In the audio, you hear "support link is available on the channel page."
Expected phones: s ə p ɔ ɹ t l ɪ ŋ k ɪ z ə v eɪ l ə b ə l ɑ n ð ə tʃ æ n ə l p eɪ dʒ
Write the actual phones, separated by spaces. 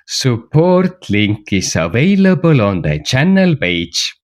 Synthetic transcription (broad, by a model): s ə p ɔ ɹ t l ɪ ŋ k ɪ s ə v eɪ l ə b ə l ɑ n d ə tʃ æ n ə l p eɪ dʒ